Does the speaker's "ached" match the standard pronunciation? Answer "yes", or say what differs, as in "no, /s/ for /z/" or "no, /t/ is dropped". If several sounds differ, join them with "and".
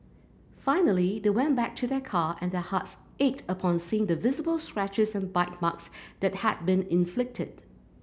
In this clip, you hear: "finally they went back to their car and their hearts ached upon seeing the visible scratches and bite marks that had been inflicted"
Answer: yes